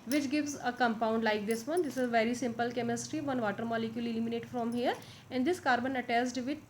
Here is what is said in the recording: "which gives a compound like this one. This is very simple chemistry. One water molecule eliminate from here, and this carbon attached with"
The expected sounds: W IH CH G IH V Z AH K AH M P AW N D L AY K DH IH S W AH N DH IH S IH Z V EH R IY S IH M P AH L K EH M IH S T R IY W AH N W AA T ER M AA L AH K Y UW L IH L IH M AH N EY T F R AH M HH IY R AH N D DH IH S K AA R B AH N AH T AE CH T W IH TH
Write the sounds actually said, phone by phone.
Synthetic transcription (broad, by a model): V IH CH G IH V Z AH K AH M P AW N D L AY K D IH S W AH N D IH S IH Z V EH R IY S IH M P AH L K EH M IH S T R IY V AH N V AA T ER M AA L AH K Y UW L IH L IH M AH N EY T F R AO M HH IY R AH N D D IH S K AA R B AH N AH T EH S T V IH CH